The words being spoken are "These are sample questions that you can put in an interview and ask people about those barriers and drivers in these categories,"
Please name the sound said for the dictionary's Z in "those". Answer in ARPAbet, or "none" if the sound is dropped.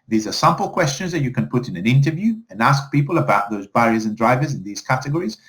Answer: Z